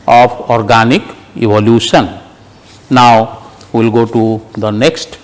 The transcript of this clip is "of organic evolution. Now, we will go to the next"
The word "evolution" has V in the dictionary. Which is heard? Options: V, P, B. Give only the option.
B